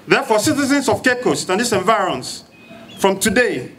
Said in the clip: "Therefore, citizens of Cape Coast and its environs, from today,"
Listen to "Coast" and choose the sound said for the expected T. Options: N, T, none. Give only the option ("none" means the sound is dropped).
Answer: T